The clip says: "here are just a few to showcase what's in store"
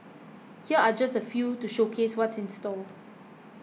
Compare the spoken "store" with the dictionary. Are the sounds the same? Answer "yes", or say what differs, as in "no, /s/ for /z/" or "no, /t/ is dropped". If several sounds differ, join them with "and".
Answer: no, /l/ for /ɹ/